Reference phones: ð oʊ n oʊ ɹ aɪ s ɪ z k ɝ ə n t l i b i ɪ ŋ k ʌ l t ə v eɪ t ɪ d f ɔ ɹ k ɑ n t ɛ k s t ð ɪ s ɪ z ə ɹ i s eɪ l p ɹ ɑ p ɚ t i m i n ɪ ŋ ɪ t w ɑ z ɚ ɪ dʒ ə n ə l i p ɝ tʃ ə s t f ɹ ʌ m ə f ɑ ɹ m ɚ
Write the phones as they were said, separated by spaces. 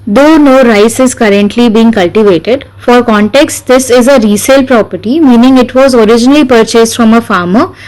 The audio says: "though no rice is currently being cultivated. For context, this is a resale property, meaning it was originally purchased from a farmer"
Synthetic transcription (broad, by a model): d oʊ n oʊ ɹ aɪ s ɪ z k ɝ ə n t l i b i ɪ ŋ k ʌ l t ə v eɪ t ɪ d f ɔ ɹ k ɑ n t ɛ k s t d ɪ s ɪ z ə ɹ i s eɪ l p ɹ ɑ p ɚ t i m i n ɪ ŋ ɪ t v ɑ z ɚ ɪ dʒ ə n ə l i p ɝ tʃ ə s t f ɹ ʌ m ə f ɑ ɹ m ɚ